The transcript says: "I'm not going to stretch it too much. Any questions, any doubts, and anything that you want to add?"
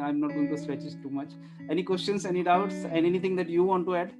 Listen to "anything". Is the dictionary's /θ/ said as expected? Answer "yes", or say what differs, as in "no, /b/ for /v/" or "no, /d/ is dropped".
no, /t/ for /θ/